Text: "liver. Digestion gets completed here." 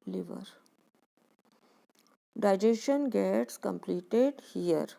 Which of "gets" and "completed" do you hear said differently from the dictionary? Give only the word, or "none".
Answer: none